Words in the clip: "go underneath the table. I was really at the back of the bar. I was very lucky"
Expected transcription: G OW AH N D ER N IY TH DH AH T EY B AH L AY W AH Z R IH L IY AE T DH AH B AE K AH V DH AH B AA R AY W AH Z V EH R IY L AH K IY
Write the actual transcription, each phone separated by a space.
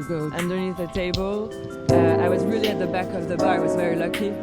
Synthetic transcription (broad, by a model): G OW AH N D ER N IY TH DH AH T EY B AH L AY W AH Z R IH L IY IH T DH AH B AE K AH V DH AH B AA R W AH Z V EH R IY L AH K IY